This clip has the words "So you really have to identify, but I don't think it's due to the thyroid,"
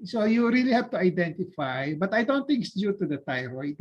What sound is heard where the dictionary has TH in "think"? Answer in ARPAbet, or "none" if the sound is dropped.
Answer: T